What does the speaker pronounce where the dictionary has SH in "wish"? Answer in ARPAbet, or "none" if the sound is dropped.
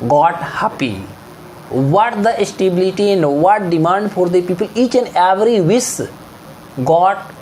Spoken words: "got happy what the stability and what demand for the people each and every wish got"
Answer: S